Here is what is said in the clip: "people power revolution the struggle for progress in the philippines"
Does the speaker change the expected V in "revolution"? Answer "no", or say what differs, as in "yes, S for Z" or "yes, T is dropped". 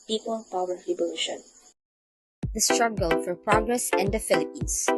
yes, B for V